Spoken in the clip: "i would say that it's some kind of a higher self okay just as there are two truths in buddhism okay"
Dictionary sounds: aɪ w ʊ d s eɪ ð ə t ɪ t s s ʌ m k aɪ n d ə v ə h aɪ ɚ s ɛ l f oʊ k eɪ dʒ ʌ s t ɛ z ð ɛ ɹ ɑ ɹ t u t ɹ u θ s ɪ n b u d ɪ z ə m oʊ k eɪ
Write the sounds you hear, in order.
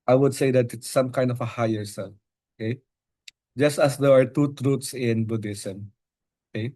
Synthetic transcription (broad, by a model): aɪ w ʊ d s eɪ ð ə t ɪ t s s ʌ m k aɪ n d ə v ə h aɪ ɚ s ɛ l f oʊ k eɪ dʒ ʌ s t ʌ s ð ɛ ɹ ɑ ɹ t u t ɹ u t s ɪ n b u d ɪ s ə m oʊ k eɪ